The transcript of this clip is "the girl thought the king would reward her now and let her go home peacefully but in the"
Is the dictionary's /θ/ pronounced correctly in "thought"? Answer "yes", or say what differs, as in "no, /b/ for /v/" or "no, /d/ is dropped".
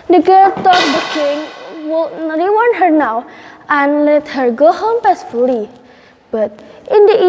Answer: no, /t/ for /θ/